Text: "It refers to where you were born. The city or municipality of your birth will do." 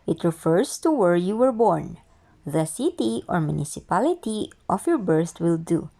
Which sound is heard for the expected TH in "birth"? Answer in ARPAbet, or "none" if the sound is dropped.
T